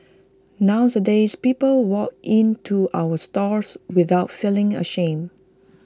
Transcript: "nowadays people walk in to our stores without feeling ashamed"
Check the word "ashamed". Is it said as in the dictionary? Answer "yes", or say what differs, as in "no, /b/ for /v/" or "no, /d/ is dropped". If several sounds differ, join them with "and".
no, /d/ is dropped